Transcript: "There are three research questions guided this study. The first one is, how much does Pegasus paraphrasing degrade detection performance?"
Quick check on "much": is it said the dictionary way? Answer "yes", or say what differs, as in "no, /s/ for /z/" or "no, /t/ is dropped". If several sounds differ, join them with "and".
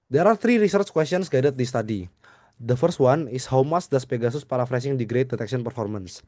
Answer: no, /s/ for /tʃ/